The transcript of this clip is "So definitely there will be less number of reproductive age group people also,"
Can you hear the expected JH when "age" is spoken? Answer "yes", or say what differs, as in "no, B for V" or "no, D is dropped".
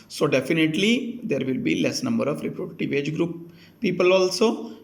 yes